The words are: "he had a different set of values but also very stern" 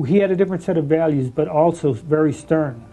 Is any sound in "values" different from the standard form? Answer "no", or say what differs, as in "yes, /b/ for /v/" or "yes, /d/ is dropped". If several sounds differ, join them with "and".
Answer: no